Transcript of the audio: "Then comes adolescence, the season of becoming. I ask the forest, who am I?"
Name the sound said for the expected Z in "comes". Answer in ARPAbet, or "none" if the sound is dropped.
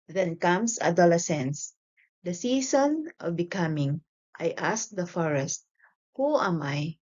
S